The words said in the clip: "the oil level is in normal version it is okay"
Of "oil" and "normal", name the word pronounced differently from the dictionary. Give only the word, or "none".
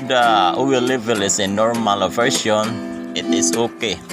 oil